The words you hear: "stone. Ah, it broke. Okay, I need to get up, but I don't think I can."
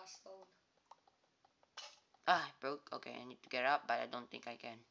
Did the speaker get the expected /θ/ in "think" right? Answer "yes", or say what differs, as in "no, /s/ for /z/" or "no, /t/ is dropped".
no, /t/ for /θ/